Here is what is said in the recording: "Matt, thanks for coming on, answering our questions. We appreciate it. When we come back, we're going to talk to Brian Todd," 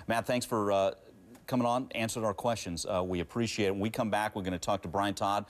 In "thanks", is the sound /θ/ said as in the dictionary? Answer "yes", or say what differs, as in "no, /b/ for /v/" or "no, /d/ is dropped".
yes